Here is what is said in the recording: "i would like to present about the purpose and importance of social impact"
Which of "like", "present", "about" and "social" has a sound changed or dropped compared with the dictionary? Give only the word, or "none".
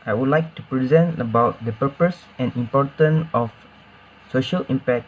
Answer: none